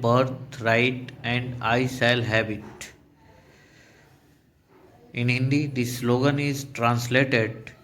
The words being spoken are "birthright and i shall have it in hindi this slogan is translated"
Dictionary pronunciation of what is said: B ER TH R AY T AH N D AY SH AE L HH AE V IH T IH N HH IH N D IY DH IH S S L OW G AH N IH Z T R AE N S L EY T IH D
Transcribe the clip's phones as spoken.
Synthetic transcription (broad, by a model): B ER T R AY T AH N D AY S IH L HH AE B IH T IH N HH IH N D IY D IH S S L OW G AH N IH Z T R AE N S L EY T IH D